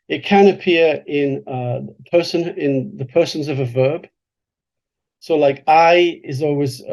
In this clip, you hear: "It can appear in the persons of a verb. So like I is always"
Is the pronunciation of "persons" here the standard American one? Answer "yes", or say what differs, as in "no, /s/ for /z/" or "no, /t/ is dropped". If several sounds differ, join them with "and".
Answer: yes